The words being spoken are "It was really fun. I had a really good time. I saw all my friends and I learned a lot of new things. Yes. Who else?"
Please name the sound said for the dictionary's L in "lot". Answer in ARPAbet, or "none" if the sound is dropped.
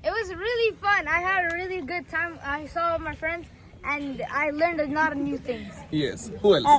N